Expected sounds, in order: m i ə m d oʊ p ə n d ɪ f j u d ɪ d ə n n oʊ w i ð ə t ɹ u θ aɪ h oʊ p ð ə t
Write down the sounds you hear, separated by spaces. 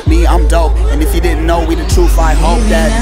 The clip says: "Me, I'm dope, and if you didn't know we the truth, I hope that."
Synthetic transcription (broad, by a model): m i ə m d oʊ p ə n ɪ f j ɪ d ɪ d n n oʊ w i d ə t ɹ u f aɪ h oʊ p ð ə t